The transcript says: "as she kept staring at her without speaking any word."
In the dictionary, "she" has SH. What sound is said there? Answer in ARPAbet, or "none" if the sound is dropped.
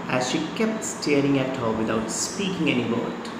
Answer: SH